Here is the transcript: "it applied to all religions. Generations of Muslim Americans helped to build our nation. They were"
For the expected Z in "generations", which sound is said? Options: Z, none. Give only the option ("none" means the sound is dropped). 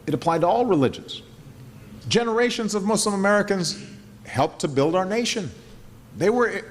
Z